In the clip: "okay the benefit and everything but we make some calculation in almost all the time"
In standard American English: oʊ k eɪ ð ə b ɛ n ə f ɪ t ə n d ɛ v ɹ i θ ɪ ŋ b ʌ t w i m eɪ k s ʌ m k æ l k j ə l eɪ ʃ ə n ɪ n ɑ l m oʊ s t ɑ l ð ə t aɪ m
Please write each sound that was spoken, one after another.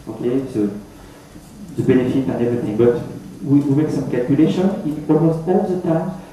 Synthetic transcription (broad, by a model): oʊ k eɪ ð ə b ɛ n ə f ɪ t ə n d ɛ v ɹ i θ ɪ ŋ b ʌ t w i m eɪ k s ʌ m k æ l k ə l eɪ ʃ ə n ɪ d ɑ m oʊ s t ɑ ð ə t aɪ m